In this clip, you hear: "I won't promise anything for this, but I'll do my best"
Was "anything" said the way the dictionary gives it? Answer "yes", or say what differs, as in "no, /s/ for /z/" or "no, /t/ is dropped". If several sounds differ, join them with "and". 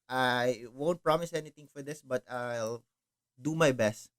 no, /t/ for /θ/